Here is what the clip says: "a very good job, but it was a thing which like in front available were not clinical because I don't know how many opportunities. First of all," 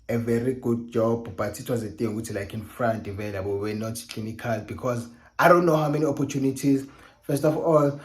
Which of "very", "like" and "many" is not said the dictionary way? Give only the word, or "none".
none